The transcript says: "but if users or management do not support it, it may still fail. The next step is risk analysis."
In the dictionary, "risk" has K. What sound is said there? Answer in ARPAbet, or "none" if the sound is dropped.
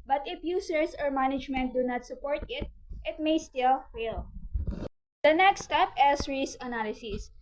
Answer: none